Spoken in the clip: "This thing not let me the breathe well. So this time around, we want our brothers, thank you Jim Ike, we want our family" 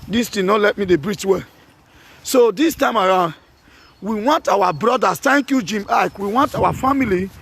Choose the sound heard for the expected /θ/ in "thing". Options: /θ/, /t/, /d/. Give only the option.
/t/